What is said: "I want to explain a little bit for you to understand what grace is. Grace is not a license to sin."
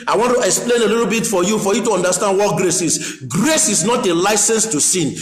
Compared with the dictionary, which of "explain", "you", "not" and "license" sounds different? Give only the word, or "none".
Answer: none